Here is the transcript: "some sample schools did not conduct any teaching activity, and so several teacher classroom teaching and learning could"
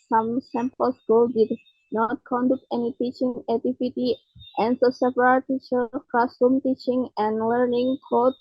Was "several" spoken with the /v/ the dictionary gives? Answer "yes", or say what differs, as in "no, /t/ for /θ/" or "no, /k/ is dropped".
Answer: no, /p/ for /v/